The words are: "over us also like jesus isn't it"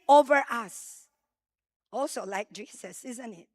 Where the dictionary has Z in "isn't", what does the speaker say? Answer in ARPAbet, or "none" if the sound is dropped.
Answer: Z